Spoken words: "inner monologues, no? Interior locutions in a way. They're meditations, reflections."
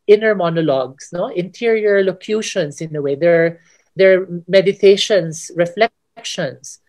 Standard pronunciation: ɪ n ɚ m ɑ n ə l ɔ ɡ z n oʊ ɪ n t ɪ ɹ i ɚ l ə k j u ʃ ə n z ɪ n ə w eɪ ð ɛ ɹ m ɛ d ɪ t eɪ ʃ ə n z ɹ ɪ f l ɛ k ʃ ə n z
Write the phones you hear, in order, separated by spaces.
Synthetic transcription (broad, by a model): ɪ n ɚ m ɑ n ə l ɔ ɡ s n oʊ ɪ n t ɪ ɹ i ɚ l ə k j u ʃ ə n s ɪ n ə w eɪ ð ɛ ɹ m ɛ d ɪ t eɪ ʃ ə n s ɹ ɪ f l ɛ k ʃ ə n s